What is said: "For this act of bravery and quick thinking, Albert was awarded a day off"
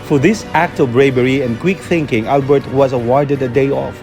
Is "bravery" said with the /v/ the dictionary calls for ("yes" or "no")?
no